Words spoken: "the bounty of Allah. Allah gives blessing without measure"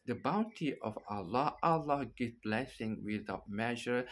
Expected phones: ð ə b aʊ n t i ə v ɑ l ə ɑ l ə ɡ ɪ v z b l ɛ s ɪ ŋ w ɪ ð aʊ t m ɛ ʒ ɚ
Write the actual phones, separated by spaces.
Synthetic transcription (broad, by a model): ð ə b aʊ n t i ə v ɑ l ə ɑ l ə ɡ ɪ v b l ɛ s ɪ ŋ w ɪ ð aʊ t m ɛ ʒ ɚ